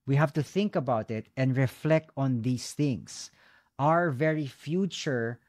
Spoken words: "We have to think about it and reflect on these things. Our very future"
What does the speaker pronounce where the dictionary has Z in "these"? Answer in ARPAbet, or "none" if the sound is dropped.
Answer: S